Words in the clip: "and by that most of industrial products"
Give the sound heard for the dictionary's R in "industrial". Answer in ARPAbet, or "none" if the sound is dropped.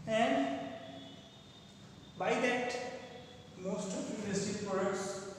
none